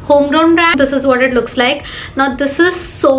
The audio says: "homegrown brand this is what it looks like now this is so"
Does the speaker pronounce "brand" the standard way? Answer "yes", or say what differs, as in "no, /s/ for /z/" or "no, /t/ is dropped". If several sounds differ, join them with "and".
no, /n/ is dropped